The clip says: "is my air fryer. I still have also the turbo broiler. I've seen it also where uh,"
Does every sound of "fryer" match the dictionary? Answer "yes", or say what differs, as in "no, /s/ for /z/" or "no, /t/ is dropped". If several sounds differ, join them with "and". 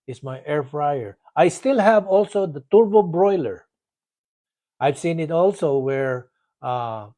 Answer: yes